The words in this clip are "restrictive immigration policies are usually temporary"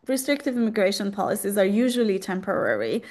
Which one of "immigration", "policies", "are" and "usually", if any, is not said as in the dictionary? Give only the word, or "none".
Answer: none